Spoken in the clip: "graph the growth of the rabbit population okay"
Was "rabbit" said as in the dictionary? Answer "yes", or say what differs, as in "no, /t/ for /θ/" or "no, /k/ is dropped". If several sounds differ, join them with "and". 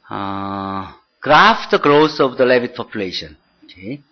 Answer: no, /l/ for /ɹ/